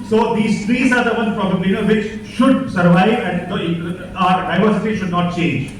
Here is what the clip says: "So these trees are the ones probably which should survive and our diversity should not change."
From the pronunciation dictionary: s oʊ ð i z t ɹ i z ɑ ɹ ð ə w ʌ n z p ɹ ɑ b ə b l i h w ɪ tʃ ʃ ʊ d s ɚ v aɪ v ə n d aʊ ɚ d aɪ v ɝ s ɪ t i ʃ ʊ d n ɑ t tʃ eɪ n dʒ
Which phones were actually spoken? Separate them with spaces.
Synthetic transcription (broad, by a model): s oʊ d i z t ɹ i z ɑ ɹ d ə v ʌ n p ɹ ɑ b ə b l i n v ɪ tʃ ʃ ʊ d s ɚ v aɪ v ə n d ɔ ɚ d aɪ v ɝ s ɪ t i ʃ ʊ d n ɑ t tʃ eɪ n dʒ